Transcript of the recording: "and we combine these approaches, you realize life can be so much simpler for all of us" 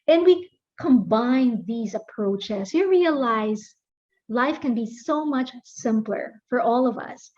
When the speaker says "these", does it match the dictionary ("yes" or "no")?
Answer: yes